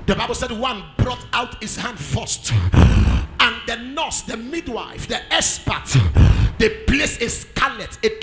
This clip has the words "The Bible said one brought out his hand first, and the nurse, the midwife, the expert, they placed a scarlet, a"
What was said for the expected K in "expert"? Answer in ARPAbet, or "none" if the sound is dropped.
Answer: none